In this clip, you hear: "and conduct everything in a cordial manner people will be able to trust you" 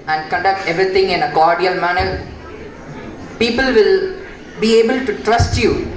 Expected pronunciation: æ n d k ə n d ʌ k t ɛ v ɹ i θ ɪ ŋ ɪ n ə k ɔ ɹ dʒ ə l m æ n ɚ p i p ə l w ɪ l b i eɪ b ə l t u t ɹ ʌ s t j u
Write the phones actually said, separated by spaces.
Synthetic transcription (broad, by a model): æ n d k ə n d ʌ k t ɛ v ɹ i t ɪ ŋ ɪ n ə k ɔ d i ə l m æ n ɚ p i p ə l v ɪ l b i eɪ b ə l t u t ɹ ʌ s t j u